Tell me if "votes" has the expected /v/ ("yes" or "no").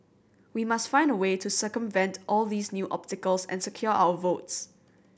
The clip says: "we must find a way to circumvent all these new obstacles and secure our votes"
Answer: yes